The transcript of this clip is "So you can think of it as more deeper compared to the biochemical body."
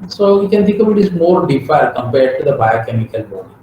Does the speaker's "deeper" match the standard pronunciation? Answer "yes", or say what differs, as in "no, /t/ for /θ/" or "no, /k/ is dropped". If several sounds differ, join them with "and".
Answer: no, /f/ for /p/